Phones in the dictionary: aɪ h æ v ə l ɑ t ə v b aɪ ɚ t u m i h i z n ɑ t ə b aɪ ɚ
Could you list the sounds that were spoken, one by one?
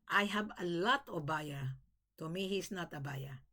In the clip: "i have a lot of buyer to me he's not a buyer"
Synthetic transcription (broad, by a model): aɪ h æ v ə l ɑ t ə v b aɪ ɚ t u m i h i s n ɑ t ə b aɪ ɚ